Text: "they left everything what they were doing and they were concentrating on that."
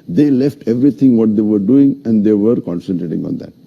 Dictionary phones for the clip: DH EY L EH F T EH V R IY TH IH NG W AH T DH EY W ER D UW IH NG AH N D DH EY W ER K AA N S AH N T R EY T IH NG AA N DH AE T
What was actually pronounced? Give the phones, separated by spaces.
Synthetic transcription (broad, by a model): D EY L EH F T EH V R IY T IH NG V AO T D EY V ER D UW IH NG AH N D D EY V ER K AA N S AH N T R EY T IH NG AA N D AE T